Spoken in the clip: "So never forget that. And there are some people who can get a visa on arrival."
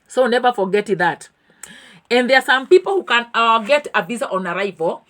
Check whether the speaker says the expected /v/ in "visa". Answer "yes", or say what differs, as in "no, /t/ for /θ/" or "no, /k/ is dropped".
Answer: no, /b/ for /v/